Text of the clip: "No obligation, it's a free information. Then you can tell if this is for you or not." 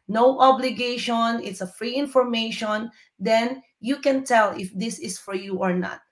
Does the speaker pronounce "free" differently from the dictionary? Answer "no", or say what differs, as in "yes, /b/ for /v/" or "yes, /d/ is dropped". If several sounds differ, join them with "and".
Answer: no